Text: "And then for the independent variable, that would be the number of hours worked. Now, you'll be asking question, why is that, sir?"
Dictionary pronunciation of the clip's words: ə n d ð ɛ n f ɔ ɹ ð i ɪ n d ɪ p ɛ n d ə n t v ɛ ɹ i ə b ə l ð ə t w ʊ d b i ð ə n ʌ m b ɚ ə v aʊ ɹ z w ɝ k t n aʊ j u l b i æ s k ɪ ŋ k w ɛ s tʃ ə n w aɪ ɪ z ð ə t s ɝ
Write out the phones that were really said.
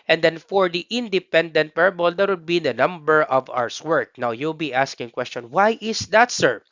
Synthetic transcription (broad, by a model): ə n d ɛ n f ɔ ɹ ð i ɪ n d ɪ p ɛ n d ə n t p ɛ ɹ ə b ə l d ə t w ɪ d b i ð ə n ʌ m b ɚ ə v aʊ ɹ s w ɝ k n aʊ j u l b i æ s k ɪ ŋ k w ɛ s tʃ ə n w aɪ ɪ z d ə t s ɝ